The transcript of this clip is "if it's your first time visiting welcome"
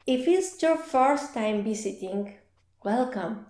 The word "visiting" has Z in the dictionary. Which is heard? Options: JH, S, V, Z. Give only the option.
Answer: S